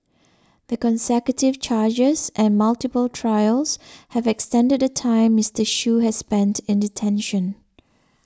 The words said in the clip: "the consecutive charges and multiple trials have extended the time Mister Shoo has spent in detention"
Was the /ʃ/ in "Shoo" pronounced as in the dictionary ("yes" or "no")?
yes